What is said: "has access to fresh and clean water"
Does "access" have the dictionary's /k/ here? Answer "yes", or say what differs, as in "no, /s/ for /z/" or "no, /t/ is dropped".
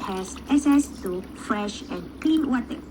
no, /k/ is dropped